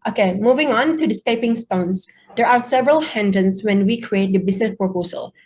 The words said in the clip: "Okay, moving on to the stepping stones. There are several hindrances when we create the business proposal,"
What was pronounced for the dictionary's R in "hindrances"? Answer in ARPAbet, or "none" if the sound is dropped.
none